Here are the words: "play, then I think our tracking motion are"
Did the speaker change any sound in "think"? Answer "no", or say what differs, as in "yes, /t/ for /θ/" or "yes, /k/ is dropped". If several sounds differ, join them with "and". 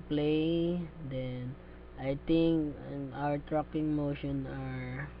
yes, /t/ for /θ/